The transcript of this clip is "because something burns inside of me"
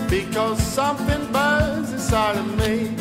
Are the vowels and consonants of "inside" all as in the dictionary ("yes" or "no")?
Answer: no